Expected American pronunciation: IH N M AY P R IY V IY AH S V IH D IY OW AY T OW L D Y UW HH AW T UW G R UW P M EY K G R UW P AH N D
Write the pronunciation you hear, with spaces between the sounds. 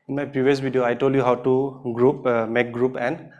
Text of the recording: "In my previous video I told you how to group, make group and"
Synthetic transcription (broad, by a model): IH N M AY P IY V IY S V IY D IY OW AY T OW L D Y UW HH AW T UW G R UW P M EY K G R UW P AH N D